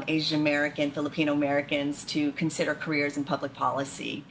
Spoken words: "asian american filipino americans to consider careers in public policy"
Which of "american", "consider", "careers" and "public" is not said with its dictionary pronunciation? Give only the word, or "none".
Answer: none